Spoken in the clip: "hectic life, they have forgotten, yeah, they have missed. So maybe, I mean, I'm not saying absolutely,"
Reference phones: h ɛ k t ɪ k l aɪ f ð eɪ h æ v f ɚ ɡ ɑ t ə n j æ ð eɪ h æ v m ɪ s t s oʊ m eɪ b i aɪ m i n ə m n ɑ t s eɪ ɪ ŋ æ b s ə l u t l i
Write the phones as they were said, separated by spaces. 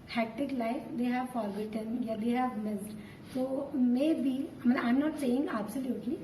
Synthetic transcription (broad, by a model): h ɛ k t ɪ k l aɪ f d eɪ h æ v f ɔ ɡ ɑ t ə n j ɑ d eɪ h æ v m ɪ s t s oʊ m eɪ b i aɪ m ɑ ə m n ɑ t s eɪ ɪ ŋ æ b s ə l u t l i